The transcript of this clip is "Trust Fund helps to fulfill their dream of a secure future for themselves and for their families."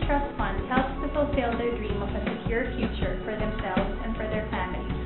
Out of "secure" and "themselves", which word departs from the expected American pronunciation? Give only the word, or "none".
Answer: none